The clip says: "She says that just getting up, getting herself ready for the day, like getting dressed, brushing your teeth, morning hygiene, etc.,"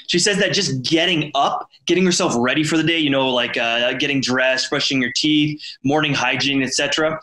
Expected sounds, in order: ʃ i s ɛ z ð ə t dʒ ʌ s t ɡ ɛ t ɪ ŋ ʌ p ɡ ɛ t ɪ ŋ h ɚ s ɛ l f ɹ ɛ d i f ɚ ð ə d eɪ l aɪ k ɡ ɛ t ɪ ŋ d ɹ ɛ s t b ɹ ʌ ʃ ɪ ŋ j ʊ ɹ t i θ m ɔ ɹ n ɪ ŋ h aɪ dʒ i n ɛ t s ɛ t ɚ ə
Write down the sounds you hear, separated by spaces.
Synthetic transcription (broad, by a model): ʃ i s ɛ z ð ə t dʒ ʌ s ɡ ɛ t ɪ ŋ ʌ p ɡ ɛ t ɪ ŋ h ɚ s ɛ l f ɹ ɛ d i f ɚ ð ə d eɪ l aɪ k ɡ ɛ t ɪ ŋ d ɹ ɛ s t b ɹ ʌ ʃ ɪ ŋ j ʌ ɹ t i θ m ɔ ɹ n ɪ ŋ h aɪ dʒ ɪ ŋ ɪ t s ɛ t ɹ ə